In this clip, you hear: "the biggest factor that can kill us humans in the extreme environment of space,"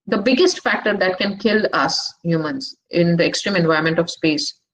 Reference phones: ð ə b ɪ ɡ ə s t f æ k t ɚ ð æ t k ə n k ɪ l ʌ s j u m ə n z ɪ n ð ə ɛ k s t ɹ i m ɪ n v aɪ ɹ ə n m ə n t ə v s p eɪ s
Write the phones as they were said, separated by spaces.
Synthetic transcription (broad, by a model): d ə b ɪ ɡ ə s t f æ k t ɚ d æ t k ə n k ɪ l ʌ s j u m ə n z ɪ n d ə ɛ k s t ɹ i m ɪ n v aɪ ə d m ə n t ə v s p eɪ s